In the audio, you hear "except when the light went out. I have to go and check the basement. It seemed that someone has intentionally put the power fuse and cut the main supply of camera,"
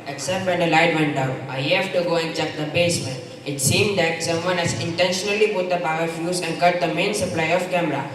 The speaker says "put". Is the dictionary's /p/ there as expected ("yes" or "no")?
no